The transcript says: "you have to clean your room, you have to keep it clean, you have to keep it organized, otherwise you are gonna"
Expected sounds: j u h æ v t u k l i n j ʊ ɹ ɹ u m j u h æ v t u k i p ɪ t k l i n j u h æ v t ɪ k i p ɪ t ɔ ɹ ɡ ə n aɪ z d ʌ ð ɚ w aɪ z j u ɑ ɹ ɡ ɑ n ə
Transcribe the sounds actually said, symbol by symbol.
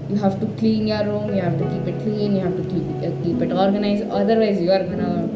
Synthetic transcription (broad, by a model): j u h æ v t u k l i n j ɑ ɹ ɹ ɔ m j u h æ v t u k i p ɪ t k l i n j u h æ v t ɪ k i p ɪ t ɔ ɹ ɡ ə n aɪ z ʌ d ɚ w aɪ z j u ɑ ɹ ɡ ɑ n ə